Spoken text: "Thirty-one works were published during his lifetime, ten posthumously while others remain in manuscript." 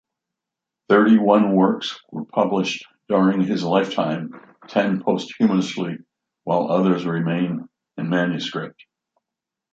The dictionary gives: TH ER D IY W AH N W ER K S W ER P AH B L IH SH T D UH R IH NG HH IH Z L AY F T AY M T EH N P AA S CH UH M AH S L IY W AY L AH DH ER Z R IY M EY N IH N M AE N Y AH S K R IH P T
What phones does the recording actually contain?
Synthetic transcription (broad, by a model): TH ER D IY W AH N W ER K S W ER P AH B L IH SH D UH R IH NG IH Z L AY F T AY M T EH N P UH S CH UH M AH S L IY W AY L AH DH ER Z R IY M EY N IH N M AE N Y AH S K R IH P T